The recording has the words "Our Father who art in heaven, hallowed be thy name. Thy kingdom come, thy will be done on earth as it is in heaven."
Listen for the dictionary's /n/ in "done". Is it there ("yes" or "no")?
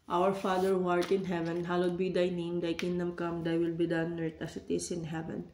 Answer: yes